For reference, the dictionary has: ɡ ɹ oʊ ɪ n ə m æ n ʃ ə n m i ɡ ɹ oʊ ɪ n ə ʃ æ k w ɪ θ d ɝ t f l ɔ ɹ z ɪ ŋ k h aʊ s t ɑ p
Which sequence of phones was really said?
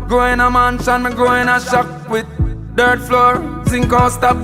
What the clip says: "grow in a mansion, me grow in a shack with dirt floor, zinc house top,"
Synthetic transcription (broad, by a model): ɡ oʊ ɪ n ə m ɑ n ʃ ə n m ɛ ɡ oʊ ɪ n ə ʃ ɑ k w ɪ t d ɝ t f l ɔ ɹ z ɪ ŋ k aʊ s t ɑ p